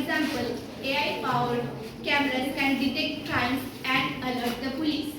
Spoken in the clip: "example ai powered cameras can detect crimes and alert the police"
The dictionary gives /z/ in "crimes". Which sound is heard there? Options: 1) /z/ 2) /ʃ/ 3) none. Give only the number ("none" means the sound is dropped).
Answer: 3